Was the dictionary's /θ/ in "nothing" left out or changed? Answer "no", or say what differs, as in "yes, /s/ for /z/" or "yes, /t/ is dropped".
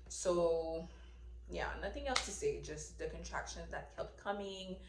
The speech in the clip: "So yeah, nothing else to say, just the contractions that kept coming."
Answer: no